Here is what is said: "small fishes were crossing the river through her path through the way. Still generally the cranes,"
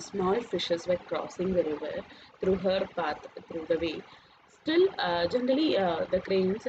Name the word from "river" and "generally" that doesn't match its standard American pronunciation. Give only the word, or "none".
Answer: none